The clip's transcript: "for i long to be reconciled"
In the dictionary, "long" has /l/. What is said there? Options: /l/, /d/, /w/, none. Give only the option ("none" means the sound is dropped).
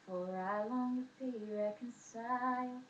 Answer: /w/